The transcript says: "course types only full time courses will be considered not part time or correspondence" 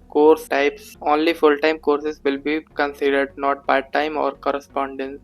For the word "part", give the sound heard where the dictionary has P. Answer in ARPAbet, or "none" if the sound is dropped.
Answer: B